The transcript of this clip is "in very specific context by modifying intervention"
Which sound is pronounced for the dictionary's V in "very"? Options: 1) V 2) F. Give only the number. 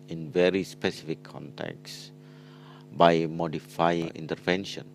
1